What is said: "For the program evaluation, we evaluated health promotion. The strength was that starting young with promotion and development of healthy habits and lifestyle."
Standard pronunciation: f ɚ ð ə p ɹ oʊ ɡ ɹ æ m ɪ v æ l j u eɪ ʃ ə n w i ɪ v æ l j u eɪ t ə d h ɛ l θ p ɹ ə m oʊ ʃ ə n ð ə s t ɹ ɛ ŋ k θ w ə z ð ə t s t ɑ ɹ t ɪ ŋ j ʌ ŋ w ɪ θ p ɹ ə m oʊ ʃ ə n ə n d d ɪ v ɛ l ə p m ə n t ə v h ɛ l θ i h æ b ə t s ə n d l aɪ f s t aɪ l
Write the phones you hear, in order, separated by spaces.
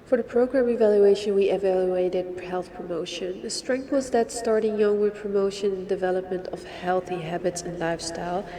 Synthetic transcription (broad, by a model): f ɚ ð ə p ɹ oʊ ɡ ɹ æ m ɪ v æ l j u eɪ ʃ ə n w i ɪ v æ l j u eɪ t ə d h ɛ l θ p ɹ ə m oʊ ʃ ə n ð ə s t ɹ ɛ ŋ k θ w ə z ð ə t s t ɑ ɹ t ɪ ŋ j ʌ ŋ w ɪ p ɹ ə m oʊ ʃ ə n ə n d d ɪ v ɛ l ə p m ə n t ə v h ɛ l θ i h æ b ə t s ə n l aɪ f s t aɪ l